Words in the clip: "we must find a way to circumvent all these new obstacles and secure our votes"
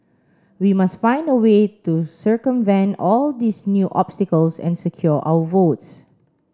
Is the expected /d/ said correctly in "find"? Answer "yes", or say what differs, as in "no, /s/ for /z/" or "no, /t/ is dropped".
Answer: yes